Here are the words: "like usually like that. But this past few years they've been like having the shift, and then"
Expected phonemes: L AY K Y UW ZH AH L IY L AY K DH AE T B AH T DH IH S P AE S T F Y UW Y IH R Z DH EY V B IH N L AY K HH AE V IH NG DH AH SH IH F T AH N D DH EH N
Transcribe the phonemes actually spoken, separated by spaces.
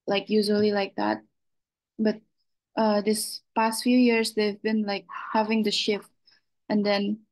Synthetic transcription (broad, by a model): L AY K Y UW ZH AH L IY L AY K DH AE T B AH T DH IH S P AE S T F Y UW Y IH R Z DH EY V B IH N L AY K HH AE V IH NG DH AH SH IH F T AH N D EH N